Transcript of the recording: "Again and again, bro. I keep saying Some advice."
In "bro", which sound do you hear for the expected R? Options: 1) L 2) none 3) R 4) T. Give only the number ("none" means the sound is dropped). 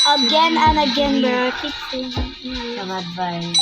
2